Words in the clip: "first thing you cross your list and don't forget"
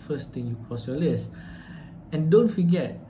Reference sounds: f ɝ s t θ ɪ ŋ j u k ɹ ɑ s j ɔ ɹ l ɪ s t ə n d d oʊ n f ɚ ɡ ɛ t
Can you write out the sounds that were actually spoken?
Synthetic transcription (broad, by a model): f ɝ s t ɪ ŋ j u k ɹ ɑ s j ɔ l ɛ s ə n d d oʊ n f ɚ ɡ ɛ t